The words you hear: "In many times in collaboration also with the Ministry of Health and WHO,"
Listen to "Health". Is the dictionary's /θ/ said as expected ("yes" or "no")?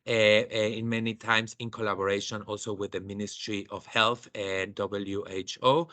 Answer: yes